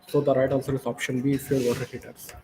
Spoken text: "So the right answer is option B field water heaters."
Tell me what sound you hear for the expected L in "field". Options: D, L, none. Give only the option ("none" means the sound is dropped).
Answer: none